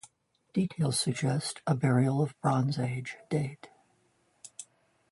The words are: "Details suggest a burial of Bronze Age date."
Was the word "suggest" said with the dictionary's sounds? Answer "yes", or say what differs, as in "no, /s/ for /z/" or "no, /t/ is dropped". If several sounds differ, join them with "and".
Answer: yes